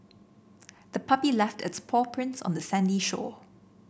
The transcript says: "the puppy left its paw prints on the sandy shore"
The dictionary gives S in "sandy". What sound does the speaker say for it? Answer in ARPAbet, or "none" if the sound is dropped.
S